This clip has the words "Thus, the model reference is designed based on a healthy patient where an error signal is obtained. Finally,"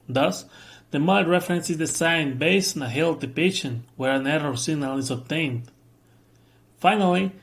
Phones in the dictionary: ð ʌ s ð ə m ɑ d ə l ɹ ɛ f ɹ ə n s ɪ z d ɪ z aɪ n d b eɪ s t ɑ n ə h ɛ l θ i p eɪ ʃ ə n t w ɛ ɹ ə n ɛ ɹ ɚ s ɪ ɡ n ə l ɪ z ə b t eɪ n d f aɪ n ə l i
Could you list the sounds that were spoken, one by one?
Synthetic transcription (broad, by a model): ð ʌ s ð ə m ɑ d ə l ɹ ɛ f ɹ ə n s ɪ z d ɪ s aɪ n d b eɪ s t ɑ n ə h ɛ l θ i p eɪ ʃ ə n w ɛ ɹ ə n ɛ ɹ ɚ s ɪ ɡ n ə l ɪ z ə b t eɪ n d f aɪ n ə l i